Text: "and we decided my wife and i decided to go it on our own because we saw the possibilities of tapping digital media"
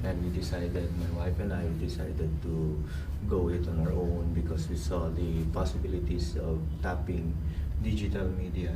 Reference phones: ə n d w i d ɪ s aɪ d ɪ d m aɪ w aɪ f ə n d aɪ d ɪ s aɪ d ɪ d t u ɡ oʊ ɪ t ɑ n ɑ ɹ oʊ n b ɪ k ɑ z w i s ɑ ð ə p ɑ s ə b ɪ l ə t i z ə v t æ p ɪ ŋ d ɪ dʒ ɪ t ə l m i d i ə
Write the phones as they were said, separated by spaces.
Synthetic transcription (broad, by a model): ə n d w i d ɪ s aɪ d ɪ d m aɪ w aɪ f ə n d aɪ d ɪ s aɪ d ɪ d t u ɡ oʊ ɪ t ɑ n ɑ ɹ oʊ n b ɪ k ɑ s w i s ɑ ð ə p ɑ s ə b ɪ l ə t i s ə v t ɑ p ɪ ŋ d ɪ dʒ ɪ t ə l m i d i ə